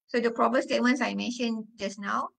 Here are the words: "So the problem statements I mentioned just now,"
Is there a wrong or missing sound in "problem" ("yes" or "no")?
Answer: yes